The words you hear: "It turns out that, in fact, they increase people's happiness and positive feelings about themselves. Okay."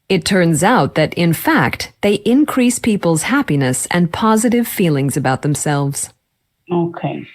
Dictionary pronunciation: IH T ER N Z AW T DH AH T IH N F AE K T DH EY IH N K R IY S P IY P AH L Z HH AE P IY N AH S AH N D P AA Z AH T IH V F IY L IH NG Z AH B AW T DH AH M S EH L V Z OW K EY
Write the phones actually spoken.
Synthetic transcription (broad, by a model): IH T ER N Z AW T DH AH T IH N F AE K T DH EY IH N K R IY S P IY P L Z HH AE P IY N AH S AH N P AA Z AH T IH V F IY L IH NG Z AH B AW T DH AH M S EH L V Z OW K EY